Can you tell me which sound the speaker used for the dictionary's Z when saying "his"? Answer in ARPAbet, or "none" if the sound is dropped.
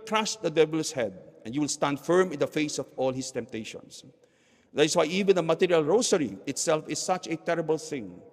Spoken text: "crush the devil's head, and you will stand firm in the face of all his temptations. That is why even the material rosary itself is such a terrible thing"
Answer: S